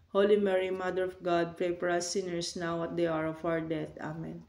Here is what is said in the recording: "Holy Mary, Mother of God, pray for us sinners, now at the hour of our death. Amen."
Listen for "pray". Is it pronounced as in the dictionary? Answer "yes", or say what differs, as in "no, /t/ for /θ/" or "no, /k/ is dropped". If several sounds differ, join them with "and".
no, /ɹ/ is dropped